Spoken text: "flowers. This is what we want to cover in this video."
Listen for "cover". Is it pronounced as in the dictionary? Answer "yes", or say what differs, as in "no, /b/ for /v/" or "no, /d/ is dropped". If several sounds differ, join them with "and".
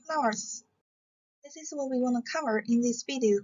yes